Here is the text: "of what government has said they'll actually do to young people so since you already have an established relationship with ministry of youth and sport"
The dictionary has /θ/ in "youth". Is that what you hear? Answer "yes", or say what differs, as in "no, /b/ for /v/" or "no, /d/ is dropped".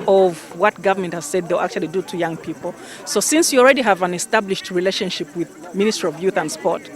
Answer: yes